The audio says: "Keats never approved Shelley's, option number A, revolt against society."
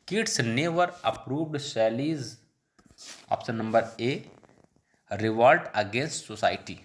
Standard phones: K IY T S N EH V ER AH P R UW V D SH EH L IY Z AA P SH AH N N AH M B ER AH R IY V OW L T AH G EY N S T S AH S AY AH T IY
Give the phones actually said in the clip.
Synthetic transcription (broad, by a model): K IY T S N EH V ER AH P R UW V D S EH L IY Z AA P S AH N N AH M B ER AH R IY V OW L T AH G EY N S T S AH S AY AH T IY